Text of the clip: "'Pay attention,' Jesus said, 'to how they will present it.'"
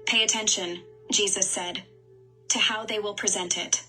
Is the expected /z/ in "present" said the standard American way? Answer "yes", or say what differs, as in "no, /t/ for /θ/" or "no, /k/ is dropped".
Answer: yes